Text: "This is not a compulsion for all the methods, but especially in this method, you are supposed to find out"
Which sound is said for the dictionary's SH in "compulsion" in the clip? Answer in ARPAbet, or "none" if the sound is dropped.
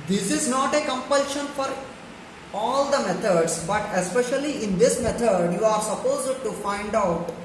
SH